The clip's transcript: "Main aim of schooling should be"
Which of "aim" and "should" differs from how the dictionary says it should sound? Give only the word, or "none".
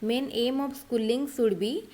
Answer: should